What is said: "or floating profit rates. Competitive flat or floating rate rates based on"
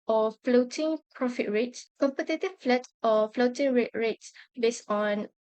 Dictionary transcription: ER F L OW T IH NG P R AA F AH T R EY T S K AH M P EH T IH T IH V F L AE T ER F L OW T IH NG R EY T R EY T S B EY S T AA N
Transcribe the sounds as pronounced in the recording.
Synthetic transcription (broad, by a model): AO F L OW T IH NG P R AA F AH T R EY T S K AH M P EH T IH T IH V F L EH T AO F L OW T IH NG R EY T R EY T S B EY S AA N